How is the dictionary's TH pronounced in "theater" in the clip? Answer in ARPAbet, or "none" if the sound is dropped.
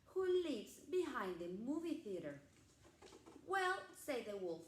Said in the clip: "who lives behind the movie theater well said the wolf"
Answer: TH